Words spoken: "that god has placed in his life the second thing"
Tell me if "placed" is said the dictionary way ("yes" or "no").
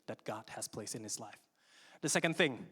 no